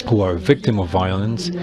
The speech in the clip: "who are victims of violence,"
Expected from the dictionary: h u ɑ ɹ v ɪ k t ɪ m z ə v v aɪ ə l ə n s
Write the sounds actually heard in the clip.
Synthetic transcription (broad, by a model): h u ɑ ɹ v ɪ k t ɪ m ə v v aɪ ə l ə n s